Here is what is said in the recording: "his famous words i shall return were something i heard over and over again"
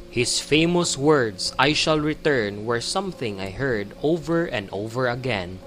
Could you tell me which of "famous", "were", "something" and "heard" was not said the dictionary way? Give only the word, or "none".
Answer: none